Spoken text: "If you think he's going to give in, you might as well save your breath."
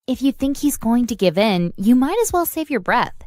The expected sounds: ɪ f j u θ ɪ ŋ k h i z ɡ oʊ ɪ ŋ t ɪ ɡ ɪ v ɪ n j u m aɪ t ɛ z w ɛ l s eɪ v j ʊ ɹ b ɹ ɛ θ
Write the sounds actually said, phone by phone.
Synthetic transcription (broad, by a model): ɪ f j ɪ θ ɪ ŋ k h i z ɡ oʊ ɪ ŋ t ɪ ɡ ɪ v ɪ n j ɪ m aɪ t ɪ z w ɛ l s eɪ v j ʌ ɹ b ɹ ɛ θ